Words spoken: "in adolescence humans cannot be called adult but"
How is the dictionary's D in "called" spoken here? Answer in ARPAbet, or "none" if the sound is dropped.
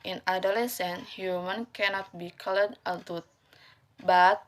none